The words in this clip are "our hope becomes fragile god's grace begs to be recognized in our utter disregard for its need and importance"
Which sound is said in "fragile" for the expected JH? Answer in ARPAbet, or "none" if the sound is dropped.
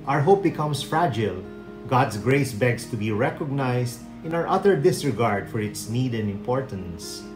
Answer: JH